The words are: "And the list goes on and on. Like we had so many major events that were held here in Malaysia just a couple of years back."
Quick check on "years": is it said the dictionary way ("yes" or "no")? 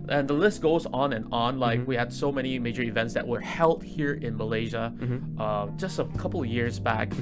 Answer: yes